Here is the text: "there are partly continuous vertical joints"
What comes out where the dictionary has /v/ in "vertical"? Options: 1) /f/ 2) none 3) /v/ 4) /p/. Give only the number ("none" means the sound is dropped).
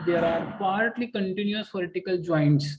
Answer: 4